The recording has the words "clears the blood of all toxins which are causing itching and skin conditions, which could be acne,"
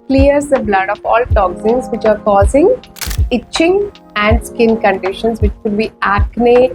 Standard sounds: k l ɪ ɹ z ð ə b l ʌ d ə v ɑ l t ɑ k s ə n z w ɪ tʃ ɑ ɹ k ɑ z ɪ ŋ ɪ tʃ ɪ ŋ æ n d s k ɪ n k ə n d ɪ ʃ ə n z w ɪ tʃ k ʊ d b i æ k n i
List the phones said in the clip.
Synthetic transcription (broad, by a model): k l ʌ ɹ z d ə b l ʌ d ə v ɑ l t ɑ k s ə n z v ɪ tʃ ɑ ɹ k ɑ z ɪ ŋ ɪ tʃ ɪ ŋ æ n d s k ɪ n k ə n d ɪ ʃ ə n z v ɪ tʃ k ʊ d b i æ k n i